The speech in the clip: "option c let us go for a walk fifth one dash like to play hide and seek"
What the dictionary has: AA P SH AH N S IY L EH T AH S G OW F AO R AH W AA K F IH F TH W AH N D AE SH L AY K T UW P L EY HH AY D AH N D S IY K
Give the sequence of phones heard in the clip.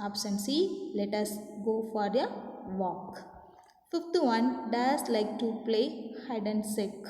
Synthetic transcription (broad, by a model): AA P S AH N S IY L EH T AH S G OW F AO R AH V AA K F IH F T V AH N D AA S L AY K T UW P L EY HH AY D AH N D S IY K